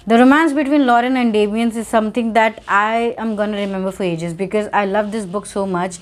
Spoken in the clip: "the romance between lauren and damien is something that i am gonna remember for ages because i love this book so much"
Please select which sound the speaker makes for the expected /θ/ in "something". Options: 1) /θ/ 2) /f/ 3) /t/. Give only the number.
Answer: 3